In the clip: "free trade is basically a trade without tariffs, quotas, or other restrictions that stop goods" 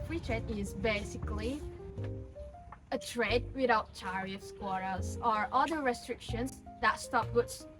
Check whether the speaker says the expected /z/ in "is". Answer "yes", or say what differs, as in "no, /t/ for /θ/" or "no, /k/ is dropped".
yes